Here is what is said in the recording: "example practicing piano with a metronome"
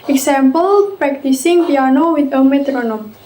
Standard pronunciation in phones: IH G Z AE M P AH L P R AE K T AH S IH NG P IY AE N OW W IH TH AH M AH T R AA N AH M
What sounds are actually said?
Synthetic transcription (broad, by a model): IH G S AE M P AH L P R AE K T AH S IH NG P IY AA N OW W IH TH AH M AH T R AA N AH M